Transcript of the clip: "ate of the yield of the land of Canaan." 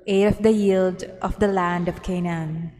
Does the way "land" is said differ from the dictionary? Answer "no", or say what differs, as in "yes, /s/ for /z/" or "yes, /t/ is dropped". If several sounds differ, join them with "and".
no